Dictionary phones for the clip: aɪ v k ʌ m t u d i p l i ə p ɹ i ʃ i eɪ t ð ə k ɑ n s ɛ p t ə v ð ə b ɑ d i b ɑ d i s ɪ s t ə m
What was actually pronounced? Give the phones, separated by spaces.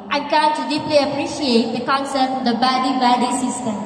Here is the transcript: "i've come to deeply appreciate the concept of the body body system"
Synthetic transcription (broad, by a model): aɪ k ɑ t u d i p l i ə p ɹ i ʃ i eɪ t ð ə k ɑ n s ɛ t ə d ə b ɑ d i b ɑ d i s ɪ s t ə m